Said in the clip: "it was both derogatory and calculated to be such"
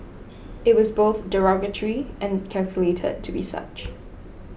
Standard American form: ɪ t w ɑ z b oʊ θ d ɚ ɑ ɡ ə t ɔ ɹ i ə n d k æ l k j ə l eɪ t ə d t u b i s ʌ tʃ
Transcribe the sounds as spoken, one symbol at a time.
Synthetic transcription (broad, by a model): ɪ t w ɑ z b oʊ θ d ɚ ɑ ɡ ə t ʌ ɹ i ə n k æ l k j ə l eɪ t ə d t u b i s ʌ tʃ